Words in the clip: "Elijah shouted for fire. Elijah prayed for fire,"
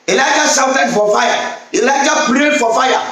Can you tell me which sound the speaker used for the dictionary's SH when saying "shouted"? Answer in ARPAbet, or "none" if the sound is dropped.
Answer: S